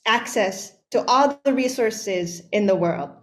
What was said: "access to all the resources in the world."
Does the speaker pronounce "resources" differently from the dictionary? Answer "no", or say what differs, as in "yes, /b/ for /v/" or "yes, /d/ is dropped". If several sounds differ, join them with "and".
no